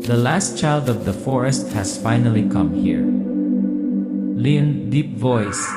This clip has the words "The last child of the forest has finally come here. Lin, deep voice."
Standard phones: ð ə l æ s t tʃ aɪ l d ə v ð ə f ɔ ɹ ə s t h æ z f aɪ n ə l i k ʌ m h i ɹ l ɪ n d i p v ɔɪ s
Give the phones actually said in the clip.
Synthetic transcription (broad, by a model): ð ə l æ s t tʃ aɪ l d ə v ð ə f ɔ ɹ ə s t h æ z f aɪ n ə l i k ʌ m h i ɹ l ɪ n d i p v ɔɪ s